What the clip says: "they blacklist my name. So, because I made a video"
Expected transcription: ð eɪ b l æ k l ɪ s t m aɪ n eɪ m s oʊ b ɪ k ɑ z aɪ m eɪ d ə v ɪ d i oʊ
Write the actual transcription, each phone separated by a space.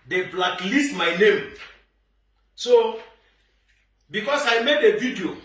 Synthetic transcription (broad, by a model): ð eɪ b l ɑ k l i s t m aɪ n eɪ m s oʊ b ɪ k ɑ s aɪ m eɪ d ə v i d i oʊ